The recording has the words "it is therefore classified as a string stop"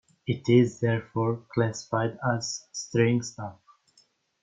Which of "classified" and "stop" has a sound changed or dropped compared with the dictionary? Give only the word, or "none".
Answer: stop